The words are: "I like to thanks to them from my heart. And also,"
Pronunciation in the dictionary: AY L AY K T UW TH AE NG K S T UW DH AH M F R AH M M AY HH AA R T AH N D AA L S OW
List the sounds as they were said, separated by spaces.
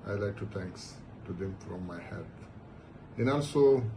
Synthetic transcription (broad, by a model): AY L AY K T UW T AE NG K S T UW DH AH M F R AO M M AY HH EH L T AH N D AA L S OW